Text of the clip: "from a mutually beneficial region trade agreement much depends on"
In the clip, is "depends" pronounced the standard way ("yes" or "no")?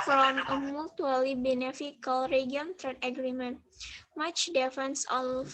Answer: no